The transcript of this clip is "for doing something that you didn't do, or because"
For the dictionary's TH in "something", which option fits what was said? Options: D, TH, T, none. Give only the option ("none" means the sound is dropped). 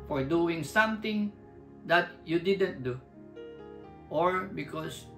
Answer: T